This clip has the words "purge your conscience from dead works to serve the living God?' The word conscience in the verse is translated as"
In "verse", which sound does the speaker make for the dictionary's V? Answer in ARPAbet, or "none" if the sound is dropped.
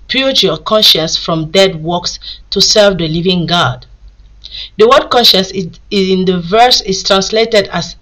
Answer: V